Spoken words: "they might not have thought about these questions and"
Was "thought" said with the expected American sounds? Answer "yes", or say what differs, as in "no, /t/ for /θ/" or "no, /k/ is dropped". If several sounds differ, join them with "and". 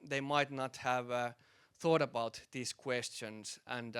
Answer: yes